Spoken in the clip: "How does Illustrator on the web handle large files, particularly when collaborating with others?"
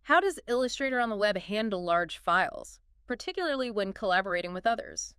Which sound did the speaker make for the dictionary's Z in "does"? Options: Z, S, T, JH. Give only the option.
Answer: Z